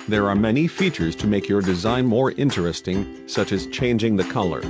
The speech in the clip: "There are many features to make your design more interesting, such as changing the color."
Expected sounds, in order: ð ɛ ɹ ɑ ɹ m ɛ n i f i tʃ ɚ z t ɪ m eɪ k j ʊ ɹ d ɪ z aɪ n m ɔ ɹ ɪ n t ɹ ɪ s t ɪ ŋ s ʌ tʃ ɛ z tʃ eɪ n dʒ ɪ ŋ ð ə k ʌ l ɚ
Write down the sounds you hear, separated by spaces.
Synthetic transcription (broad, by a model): ð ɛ ɹ ɑ ɹ m ɛ n i f i tʃ ɚ z t ɪ m eɪ k j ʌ ɹ d ɪ z aɪ n m ɔ ɹ ɪ n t ɹ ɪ s t ɪ ŋ s ʌ tʃ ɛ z tʃ eɪ n dʒ ɪ ŋ ð ə k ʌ l ɚ